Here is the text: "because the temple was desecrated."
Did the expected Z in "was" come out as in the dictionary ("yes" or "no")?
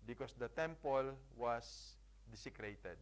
no